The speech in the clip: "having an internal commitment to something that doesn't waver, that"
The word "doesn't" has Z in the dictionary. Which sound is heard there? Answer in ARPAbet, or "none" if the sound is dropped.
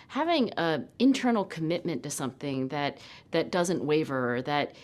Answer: Z